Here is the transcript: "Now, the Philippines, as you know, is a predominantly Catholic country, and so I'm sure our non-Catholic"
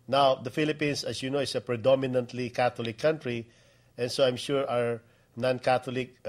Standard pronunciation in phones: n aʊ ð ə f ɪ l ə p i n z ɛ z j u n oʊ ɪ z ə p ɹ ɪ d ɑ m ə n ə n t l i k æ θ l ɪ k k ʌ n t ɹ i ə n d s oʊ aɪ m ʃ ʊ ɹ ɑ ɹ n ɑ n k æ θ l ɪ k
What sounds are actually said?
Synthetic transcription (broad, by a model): n aʊ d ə f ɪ l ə p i n s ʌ s j u n oʊ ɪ s ə p ɹ ɪ d ɑ m ə n ə n t l i k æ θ l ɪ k k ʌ n t ɹ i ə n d s oʊ aɪ m ʃ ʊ ɹ ɑ ɹ n ɑ n k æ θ l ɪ k